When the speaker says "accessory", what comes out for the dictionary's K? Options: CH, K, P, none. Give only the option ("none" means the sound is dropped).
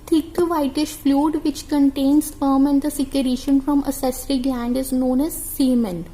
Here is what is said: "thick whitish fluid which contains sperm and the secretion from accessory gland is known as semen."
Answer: none